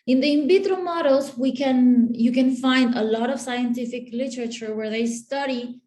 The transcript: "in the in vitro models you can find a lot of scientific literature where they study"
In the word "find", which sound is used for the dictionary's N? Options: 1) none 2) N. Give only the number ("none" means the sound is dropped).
2